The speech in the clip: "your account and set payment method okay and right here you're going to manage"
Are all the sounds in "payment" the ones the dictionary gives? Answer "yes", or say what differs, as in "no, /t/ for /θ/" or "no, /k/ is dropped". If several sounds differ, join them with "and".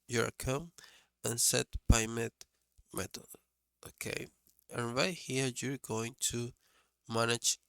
no, /b/ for /p/ and /n/ is dropped